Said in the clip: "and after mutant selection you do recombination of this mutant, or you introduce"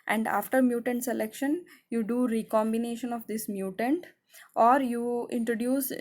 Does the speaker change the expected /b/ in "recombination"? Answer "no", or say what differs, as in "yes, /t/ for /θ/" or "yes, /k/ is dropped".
no